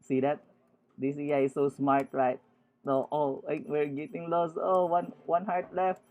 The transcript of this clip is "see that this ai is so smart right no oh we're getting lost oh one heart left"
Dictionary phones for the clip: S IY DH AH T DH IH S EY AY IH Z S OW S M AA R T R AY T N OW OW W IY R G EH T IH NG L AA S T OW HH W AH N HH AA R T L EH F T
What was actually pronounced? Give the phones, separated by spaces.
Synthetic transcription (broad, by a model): S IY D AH T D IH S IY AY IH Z S OW S M AA R T R AY T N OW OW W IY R G EH T IH NG L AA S OW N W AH N HH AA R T L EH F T